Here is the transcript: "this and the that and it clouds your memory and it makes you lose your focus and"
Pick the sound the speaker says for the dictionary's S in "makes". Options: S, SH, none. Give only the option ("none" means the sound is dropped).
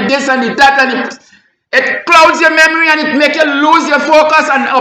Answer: none